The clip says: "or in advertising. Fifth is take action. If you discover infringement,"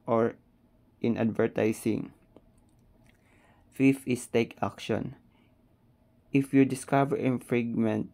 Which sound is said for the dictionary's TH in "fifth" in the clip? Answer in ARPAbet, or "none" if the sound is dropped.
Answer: F